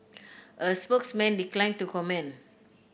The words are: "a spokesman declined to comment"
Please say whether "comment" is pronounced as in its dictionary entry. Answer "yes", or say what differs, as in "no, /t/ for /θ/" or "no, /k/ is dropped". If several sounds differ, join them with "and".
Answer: no, /t/ is dropped